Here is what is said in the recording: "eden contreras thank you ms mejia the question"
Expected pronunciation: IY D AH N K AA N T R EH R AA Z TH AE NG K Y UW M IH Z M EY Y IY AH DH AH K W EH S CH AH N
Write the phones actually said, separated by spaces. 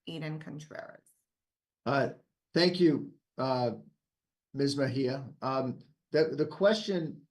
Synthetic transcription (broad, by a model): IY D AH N K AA N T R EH R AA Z TH AE NG K Y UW M IH Z M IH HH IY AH DH AH K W EH S CH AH N